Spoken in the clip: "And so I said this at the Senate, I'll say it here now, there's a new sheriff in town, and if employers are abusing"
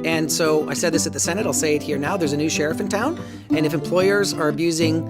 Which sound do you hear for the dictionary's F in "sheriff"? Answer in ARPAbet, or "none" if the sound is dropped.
F